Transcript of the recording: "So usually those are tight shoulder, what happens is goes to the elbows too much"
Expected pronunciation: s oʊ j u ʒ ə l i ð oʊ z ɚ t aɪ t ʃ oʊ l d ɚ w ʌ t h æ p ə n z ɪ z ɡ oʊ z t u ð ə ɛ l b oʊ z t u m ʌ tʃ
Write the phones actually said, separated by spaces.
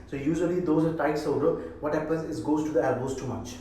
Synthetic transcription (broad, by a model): s oʊ j u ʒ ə l i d oʊ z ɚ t aɪ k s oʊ d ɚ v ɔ t h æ p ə n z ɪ s ɡ oʊ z t u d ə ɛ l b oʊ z t u m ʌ tʃ